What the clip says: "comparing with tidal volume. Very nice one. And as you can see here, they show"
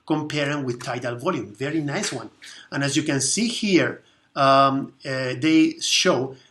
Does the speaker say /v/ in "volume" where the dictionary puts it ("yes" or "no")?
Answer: yes